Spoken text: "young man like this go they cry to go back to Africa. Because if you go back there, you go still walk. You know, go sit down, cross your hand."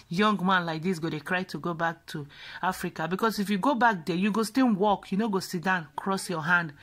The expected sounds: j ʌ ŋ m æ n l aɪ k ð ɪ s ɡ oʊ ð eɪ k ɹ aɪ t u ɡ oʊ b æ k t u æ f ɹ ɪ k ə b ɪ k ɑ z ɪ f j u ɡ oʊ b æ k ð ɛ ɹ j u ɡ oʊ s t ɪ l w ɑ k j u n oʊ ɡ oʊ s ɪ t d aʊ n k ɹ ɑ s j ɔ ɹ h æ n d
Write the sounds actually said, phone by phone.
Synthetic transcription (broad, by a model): j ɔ ŋ m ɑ n l aɪ k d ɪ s ɡ oʊ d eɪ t ɹ aɪ t u ɡ oʊ b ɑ k t u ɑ f ɹ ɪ k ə b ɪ k ɑ s ɪ f j u ɡ oʊ b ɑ k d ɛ j u ɡ oʊ s t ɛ w ɑ k j u n oʊ ɡ oʊ s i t d aʊ n k ɹ ɑ s j ɔ h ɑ n d